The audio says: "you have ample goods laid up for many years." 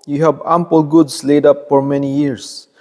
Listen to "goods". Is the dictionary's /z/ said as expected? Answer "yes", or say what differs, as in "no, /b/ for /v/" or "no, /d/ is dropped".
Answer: no, /s/ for /z/